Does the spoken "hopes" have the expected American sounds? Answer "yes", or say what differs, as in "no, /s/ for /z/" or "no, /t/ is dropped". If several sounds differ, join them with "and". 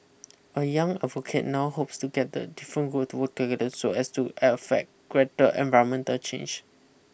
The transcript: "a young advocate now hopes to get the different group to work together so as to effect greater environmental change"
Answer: yes